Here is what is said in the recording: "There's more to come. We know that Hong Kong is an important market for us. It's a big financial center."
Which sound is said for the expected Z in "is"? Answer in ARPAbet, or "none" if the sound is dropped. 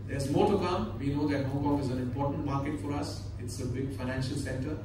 Z